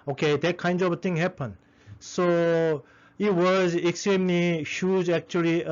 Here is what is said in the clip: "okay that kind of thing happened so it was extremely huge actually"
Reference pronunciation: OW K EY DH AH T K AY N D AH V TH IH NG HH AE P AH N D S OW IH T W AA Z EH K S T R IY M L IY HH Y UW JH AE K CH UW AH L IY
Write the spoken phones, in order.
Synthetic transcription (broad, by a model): OW K EY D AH T K AY N D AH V T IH NG HH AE P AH N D S OW IH T W AA Z EH K S T R IY M L IY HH Y UW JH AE K CH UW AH L IY